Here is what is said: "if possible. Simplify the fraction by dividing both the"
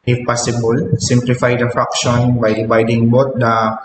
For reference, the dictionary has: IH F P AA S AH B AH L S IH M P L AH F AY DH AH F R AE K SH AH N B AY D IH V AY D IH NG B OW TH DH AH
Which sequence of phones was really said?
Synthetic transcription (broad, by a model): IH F P AA S AH B AH L S IH M P L AH F AY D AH F R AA K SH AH N B AY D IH B AY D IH NG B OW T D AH